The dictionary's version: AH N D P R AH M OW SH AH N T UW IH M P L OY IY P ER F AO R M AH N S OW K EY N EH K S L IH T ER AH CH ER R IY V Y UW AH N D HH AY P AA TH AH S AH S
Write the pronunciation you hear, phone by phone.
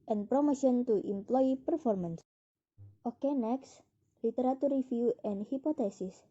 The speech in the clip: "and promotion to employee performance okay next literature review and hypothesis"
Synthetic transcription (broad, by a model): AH N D P R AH M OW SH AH N T UW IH M P L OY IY P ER F AO R M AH N S OW K EY N EH K S L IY T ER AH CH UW R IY F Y UW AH N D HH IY P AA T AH S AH S